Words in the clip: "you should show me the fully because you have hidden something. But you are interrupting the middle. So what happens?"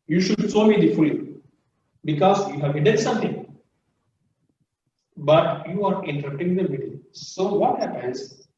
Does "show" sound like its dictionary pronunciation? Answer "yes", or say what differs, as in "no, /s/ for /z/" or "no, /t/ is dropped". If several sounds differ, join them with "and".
no, /s/ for /ʃ/